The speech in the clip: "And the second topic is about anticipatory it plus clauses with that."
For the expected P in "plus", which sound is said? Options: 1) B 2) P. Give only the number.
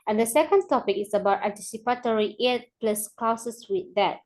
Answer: 2